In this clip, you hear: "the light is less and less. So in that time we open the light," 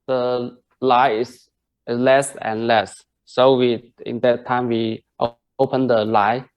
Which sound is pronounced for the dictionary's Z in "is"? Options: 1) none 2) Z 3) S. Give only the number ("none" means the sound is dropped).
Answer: 3